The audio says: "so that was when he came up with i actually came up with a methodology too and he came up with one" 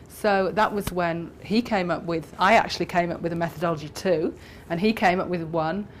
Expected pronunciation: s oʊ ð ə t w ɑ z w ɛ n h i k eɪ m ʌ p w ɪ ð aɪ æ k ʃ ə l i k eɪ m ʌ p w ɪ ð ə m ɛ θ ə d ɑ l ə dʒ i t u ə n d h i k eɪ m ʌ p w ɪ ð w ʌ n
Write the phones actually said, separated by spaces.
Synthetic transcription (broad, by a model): s oʊ ð ə t w ɑ z w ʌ n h i k eɪ m ʌ p w ɪ ð aɪ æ k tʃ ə l i k eɪ m ʌ p w ɪ ð ə m ɛ θ ə d ɑ l ə dʒ i t u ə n i k eɪ m ʌ p w ɪ ð w ʌ n